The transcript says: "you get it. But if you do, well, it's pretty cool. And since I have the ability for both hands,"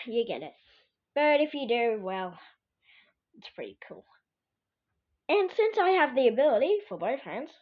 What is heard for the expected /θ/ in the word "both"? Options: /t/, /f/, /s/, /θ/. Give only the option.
/θ/